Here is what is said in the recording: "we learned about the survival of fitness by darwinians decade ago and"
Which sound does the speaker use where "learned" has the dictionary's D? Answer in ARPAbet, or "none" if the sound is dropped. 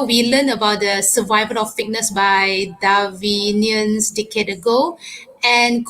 none